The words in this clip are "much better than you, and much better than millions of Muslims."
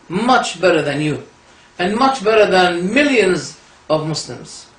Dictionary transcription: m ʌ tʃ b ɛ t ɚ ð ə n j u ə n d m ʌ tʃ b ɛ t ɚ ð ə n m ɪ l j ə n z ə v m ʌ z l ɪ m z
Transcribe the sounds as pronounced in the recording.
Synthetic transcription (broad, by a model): m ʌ tʃ b ɛ t ɚ ð ə n j u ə n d m ʌ tʃ b ɛ t ɚ ð ə n m ɪ l j ə n z ə v m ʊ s l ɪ m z